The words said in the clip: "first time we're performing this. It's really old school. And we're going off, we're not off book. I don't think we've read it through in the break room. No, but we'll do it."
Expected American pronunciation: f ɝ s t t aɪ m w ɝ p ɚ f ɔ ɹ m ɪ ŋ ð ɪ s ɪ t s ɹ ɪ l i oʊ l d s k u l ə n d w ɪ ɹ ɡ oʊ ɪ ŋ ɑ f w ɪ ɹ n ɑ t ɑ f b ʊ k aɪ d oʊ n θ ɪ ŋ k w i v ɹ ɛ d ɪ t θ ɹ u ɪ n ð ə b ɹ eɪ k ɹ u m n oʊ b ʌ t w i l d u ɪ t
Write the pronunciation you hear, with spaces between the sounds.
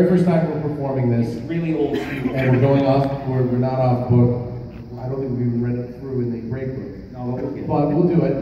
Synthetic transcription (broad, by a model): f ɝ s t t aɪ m w ɝ p ɚ f ɔ ɹ m ɪ ŋ ð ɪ ɪ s ɹ ɪ l i oʊ l d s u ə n w ɪ ɹ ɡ oʊ ɪ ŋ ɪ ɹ w ɪ ɹ n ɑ t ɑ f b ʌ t aɪ d oʊ n θ ɪ ŋ k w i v ɹ ɛ d ɪ t θ ɹ u ɪ n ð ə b ɹ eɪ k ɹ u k n oʊ b ʌ t w i l d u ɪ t